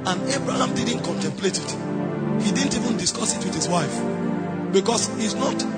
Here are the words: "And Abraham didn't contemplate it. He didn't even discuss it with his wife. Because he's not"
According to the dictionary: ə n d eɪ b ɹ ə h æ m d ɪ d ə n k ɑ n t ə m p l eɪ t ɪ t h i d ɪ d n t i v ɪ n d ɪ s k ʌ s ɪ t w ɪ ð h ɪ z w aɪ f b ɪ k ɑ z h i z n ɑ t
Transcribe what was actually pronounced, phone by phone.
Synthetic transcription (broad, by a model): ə n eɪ b ɹ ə h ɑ m d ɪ d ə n k ɑ n t ə m p l eɪ t ɪ t h i d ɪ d n t i v ɪ n d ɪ s k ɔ s ɪ t w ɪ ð h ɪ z w aɪ f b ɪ k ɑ s h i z n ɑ t